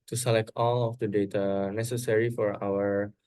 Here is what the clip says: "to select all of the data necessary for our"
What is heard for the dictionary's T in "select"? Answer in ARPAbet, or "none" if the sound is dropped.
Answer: T